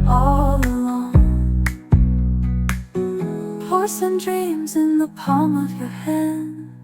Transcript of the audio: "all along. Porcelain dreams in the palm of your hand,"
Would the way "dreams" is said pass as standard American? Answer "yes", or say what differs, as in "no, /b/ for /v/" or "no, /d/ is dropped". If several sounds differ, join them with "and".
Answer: yes